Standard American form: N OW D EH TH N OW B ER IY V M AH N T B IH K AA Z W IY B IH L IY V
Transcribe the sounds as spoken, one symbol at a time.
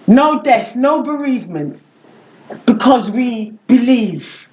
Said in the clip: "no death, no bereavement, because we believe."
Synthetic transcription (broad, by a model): N OW D EH TH N OW B ER IY V M AH N T B IH K AA Z W IY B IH L IY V